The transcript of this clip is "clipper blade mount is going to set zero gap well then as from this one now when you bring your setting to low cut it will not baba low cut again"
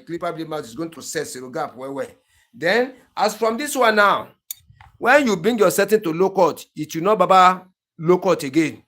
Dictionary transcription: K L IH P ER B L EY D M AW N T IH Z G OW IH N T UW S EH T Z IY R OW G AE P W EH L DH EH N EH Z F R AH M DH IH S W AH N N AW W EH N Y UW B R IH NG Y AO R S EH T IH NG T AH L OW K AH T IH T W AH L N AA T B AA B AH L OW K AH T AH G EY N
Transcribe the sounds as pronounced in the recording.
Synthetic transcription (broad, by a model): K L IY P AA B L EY M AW T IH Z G OW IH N T UW S EH T S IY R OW G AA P W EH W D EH N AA S F R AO M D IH S W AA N N AW W EH N Y UW B R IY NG Y AO S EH T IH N T AH L OW K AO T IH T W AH N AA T B AA B AH L OW K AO T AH G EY N